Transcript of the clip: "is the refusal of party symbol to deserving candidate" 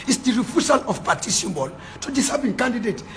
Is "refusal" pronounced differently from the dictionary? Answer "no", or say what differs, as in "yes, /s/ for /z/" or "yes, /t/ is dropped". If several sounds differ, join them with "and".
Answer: yes, /s/ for /z/